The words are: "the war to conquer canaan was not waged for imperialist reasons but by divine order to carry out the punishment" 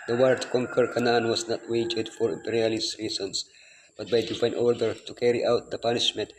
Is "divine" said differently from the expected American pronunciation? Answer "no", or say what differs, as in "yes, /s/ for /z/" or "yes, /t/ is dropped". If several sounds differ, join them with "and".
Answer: yes, /p/ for /v/